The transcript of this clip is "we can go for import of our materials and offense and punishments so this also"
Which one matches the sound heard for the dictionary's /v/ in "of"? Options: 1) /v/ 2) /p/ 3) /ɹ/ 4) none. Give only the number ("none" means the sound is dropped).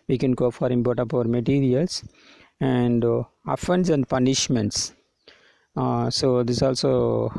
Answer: 2